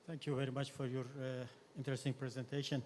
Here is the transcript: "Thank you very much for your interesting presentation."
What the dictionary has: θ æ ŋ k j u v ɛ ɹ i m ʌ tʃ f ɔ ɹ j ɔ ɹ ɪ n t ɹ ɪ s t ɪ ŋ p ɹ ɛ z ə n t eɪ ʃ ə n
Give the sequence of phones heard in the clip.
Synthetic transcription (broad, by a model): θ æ ŋ k j u v ɛ ɹ i m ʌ tʃ f ɔ ɹ j ɔ ɹ ɪ n t ɹ ɪ s t ɪ ŋ p ɹ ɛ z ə n t eɪ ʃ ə n